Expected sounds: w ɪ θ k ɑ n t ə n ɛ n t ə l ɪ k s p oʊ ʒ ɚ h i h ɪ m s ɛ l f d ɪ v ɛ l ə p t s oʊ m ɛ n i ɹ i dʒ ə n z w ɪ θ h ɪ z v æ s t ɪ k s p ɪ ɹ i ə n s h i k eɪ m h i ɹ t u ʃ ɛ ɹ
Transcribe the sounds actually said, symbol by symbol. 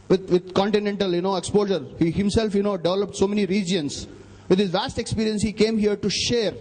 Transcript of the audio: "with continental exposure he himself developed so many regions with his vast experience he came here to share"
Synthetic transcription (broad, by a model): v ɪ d k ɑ n t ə n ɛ n t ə l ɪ k s p oʊ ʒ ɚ h i h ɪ m s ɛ l f d ɪ v ɛ l ə p t s oʊ m ɛ n i ɹ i dʒ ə n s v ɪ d h ɪ z v æ s t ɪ k s p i ɹ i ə n s h i k eɪ m h i ɹ t u ʃ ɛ ɹ